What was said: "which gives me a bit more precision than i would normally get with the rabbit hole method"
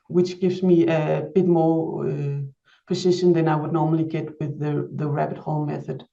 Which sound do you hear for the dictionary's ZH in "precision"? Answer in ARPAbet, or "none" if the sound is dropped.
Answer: SH